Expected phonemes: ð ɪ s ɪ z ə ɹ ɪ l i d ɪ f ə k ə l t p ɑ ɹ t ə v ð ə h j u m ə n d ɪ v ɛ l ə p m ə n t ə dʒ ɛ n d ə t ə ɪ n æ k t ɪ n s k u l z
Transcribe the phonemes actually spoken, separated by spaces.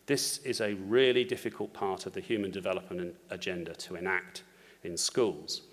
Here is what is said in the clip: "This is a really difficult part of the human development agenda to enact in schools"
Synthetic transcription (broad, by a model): ð ɪ s ɪ z ə ɹ ɪ l i d ɪ f ə k ə l t p ɑ t ə v ð ə h j u m ə n d ɪ v ɛ l ə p m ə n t ə dʒ ɛ n d ə t ə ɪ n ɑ k t ɪ n s k u l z